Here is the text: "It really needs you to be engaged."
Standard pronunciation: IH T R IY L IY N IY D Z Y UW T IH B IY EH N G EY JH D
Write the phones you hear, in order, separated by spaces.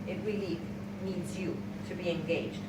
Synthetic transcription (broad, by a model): IH T R IY L IY N IY D Z Y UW T IH B IY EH N G EY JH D